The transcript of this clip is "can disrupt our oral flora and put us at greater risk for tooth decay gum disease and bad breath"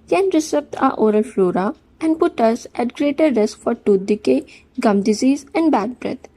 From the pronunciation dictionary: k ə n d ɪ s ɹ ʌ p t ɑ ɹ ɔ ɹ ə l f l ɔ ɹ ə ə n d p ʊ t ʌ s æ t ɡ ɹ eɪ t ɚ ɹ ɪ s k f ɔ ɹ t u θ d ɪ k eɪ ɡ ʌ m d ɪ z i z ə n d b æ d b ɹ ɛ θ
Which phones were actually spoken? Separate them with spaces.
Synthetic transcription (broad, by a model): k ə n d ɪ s ʌ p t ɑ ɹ ɔ ɹ ə l f l ɔ ɹ ə ə n d p ʊ t ʌ s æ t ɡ ɹ eɪ t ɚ ɹ ɪ s k f ɔ ɹ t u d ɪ k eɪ ɡ ʌ m d ɪ z i z ə n d b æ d b ɹ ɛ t